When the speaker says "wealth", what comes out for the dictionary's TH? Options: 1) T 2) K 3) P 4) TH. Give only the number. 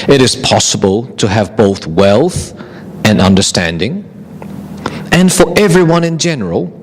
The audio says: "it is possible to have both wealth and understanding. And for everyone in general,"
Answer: 4